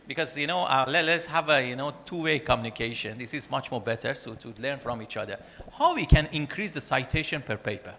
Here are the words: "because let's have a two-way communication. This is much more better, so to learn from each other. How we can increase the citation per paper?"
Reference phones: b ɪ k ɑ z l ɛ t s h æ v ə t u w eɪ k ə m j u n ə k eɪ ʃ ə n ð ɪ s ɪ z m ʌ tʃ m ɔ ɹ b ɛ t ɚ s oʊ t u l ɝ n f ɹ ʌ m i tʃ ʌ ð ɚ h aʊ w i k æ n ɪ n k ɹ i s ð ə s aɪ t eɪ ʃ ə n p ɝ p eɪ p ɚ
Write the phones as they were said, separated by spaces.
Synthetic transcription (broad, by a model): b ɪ k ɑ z l ɛ t s h æ v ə t u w eɪ k ə m j u n ə k eɪ ʃ ə n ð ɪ s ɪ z m ʌ tʃ m ɔ ɹ b ɛ t ɚ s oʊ t u l ɝ n f ɹ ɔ m i tʃ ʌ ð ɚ h aʊ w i k æ n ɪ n k ɹ i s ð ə s aɪ t eɪ ʃ ə n p ɝ p eɪ p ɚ